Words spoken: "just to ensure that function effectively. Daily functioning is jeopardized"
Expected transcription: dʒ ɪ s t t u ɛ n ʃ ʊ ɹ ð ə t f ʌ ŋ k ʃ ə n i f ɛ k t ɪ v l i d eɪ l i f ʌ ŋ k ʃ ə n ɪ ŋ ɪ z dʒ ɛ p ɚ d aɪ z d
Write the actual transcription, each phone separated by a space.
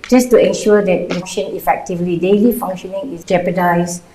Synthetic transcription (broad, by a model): dʒ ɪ s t t u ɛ n ʃ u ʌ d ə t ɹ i k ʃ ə n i f ɛ k t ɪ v l i d eɪ l i f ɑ ŋ k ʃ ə n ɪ ŋ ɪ s dʒ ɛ p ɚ d aɪ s